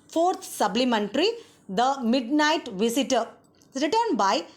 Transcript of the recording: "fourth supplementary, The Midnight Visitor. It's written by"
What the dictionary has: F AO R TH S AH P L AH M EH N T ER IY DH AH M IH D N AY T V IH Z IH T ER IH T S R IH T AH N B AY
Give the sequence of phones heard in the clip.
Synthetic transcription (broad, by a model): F AO R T S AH B L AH M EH N T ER IY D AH M IH D N AY T V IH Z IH T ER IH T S R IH T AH N B AY